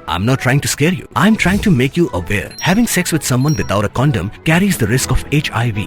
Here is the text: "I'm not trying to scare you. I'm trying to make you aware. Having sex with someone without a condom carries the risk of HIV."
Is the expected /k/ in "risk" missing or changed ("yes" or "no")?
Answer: no